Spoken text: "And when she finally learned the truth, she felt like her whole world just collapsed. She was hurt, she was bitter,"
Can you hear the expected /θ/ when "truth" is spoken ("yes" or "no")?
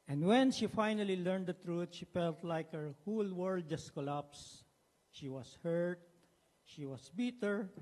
no